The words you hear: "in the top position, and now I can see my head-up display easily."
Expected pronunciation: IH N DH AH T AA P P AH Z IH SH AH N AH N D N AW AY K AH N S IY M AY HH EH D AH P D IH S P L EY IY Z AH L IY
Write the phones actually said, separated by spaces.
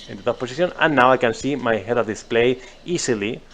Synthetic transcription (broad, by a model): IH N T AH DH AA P P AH S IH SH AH N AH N N AW AY K AH N S IY M AY HH EH D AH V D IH S P L EY IY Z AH L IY